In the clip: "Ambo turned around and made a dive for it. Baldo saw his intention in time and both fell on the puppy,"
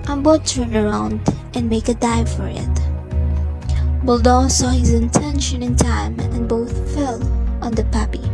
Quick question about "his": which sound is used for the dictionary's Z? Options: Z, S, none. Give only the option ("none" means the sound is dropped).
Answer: Z